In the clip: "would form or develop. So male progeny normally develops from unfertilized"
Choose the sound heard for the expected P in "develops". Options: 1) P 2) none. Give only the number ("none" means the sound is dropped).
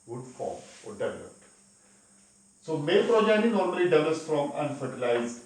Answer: 2